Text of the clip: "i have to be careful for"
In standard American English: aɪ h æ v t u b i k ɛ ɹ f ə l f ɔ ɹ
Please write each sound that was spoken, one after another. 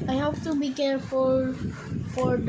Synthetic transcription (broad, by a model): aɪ h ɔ p t u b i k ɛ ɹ f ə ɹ f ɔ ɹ